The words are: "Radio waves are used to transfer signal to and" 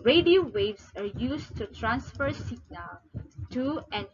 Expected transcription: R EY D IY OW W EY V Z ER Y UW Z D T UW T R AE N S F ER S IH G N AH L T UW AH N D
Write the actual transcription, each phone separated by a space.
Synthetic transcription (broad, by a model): R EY D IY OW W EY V S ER Y UW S T UW T R AE N S F ER S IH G N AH L T UW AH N